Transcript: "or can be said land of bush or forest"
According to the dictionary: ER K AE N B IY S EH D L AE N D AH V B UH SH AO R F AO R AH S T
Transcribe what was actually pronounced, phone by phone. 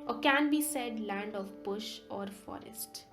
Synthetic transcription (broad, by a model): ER K AE N B IY S EH D L AE N D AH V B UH SH AO R F AO R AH S T